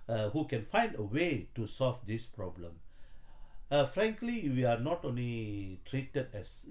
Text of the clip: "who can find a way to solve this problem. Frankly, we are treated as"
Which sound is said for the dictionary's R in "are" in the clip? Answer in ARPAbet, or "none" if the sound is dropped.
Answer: L